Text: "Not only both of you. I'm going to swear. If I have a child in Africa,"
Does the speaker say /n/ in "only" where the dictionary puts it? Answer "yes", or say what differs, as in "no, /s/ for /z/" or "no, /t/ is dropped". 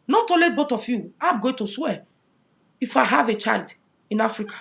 no, /n/ is dropped